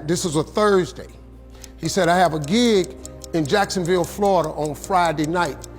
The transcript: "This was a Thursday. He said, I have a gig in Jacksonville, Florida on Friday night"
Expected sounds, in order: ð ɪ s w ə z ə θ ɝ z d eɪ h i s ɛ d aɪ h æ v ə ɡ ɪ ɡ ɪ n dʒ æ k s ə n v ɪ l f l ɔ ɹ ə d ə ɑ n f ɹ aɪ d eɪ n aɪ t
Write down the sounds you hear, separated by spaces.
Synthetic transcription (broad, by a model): ð ɪ s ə z ə θ ɝ z d eɪ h i s ɛ d aɪ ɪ v ə ɡ ɪ ɡ ɪ n dʒ æ k s ə n v ɪ l f l ɔ ɹ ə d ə n f ɹ aɪ d eɪ n aɪ t